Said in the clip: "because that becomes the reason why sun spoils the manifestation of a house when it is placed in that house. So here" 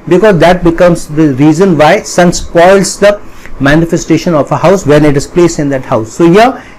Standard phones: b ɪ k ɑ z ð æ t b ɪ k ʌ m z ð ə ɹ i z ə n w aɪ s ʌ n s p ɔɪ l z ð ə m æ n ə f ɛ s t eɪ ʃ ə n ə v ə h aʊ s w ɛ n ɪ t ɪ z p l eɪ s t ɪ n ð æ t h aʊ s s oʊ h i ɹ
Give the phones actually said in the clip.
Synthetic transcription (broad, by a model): b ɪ k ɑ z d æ t b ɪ k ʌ m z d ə ɹ i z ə n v aɪ s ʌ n s p ɔɪ l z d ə m æ n ə f ɛ s t eɪ ʃ ə n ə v ə h aʊ s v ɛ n ɪ t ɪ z p l eɪ s ɪ n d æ t h aʊ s s oʊ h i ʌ